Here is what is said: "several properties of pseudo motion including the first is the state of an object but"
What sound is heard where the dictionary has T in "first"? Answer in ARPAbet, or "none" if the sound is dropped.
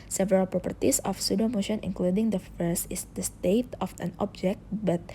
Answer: none